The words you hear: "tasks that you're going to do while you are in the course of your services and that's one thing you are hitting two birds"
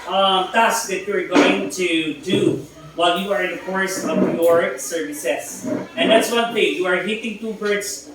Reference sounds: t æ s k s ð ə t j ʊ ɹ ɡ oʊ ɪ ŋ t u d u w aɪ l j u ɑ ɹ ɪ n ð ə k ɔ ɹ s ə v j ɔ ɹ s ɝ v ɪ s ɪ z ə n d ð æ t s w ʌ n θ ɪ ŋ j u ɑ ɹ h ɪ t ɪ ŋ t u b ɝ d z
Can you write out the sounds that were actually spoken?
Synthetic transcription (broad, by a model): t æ s k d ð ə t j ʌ ɹ ɡ oʊ ɪ ŋ t u d u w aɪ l j u ɑ ɹ ɪ n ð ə k ɔ ɹ s ə v j ɔ ɹ s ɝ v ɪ s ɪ s ə n d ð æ t s w ʌ n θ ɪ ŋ j u ɑ ɹ h ɪ t ɪ ŋ t u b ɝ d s